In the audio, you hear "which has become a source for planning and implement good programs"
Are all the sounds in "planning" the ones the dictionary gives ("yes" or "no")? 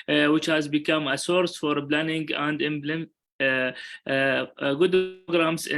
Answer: no